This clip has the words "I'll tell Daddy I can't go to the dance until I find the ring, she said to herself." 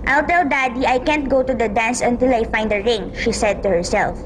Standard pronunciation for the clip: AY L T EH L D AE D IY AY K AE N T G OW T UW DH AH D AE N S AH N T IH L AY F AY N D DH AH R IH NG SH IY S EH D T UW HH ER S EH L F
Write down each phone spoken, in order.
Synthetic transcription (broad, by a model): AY L T EH L D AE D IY AY K AE N T G OW T UW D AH D AE N S AH N T IH L AY F AY N D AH R IH NG SH IY S EH D T UW HH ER S EH L F